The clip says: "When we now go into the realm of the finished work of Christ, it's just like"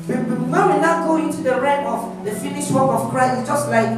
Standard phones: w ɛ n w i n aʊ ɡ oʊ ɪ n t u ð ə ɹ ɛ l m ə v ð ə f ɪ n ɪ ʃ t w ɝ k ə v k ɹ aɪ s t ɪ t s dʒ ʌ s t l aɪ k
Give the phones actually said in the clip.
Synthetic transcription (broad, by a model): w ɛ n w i n aʊ ɡ oʊ ɪ n t u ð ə ɹ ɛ m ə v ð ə f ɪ n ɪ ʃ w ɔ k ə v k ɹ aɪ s ɪ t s dʒ ʌ s t l aɪ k